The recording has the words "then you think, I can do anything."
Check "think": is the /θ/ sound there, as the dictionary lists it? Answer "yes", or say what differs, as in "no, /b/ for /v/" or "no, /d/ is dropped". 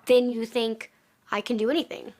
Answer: yes